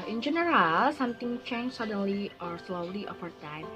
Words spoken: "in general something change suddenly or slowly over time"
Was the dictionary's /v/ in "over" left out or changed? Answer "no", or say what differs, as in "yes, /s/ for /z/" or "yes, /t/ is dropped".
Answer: yes, /f/ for /v/